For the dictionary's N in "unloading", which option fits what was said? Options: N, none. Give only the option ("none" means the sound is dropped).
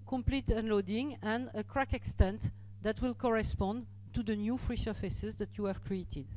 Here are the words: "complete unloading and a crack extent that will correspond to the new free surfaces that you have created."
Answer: N